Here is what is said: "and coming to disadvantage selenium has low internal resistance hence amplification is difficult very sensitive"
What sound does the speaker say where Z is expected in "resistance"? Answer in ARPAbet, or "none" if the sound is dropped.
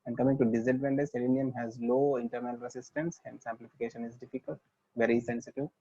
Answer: S